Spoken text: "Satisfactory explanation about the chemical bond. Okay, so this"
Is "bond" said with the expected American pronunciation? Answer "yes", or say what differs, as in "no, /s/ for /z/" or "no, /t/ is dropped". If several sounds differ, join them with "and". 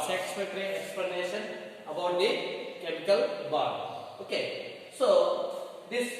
no, /n/ is dropped